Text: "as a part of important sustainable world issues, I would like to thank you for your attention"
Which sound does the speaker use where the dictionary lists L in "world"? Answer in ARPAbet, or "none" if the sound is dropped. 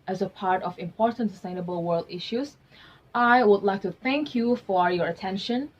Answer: L